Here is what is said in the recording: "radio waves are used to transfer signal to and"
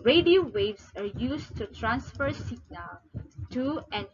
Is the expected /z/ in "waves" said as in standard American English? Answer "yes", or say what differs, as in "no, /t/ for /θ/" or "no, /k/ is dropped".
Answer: no, /s/ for /z/